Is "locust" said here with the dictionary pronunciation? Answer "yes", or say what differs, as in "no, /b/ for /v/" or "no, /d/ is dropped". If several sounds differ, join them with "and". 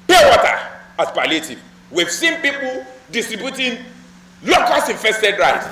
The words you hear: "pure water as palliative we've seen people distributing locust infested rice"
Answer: no, /t/ is dropped